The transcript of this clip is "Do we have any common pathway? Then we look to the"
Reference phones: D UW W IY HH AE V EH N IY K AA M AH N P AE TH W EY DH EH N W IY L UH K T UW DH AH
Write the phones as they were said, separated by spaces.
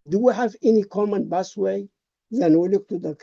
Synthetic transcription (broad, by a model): D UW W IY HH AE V EH N IY K AA M AH N B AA S W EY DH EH N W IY L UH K T UW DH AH